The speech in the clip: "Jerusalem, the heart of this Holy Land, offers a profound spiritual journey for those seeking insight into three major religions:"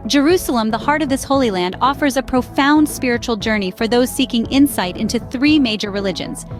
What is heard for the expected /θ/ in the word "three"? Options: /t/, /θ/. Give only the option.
/θ/